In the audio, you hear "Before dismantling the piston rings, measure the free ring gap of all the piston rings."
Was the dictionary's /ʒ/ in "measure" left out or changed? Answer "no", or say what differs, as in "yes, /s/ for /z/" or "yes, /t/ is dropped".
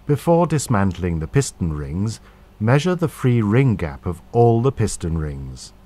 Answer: no